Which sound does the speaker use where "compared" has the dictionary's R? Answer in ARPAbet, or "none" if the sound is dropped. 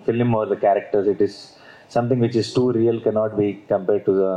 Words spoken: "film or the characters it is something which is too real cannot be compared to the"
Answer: R